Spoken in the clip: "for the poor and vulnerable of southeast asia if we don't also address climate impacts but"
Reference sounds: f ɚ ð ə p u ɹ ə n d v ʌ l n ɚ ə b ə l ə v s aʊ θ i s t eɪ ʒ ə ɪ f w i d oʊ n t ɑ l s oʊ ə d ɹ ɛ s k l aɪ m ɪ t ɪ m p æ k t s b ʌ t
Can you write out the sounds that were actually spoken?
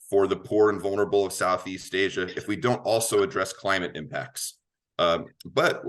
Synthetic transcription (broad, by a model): f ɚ ð ə p u ɹ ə n v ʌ l n ɚ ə b l ə v s aʊ θ i s t eɪ ʒ ə ɪ f w i d oʊ n t ɑ l s oʊ ə d ɹ ɛ s k l aɪ m ɪ t ɪ m p æ k t s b ʌ t